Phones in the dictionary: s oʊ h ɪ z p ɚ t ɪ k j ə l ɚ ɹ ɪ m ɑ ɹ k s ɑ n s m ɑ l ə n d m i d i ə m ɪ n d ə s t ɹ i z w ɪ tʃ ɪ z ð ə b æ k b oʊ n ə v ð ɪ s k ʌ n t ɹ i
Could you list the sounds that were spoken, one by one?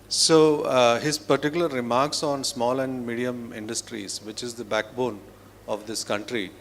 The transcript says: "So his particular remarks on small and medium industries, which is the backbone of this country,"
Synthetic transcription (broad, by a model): s oʊ h ɪ z p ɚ t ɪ k j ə l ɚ ɹ ɪ m ɑ ɹ k s ɑ n s m ɑ l ə n d m i d i ə m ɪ n d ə s t ɹ i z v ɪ tʃ ɪ z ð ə b æ k b oʊ n ə v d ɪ s k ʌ n t ɹ i